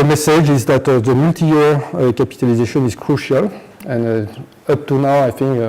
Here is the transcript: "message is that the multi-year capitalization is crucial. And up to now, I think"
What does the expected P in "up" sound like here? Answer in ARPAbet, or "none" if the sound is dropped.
P